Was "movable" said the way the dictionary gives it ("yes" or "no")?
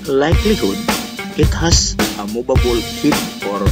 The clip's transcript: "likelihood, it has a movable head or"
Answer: no